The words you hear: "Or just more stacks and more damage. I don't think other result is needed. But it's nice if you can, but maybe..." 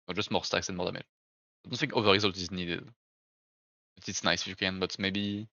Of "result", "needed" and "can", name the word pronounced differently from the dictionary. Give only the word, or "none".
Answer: none